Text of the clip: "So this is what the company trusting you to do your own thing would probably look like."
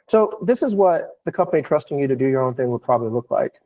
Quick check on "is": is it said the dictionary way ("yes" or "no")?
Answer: yes